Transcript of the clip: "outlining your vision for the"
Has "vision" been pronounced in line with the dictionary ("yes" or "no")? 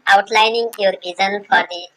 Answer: no